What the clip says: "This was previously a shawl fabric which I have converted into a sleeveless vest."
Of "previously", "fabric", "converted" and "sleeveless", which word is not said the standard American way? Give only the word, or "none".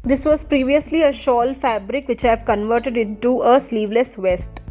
none